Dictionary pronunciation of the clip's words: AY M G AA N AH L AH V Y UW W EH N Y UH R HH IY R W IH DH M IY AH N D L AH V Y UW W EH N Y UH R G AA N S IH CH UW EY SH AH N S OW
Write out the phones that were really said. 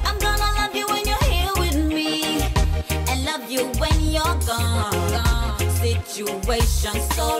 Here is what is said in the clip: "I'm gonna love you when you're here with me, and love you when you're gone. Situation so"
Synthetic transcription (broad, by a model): AY M G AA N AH L AH V Y UW W EH N Y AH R HH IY L W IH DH M IY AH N L AH V Y UW W EH N Y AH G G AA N S IH CH UW EY SH AH N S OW